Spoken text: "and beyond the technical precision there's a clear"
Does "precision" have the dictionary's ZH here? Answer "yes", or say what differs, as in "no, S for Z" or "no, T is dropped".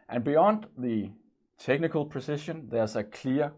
no, SH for ZH